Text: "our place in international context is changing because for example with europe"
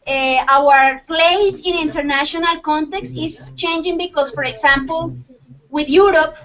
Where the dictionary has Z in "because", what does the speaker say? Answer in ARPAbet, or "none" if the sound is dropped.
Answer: S